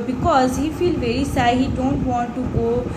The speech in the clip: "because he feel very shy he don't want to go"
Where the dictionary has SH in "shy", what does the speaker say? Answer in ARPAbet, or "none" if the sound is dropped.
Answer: S